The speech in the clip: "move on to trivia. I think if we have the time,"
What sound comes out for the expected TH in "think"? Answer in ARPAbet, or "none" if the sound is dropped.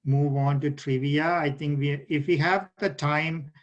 T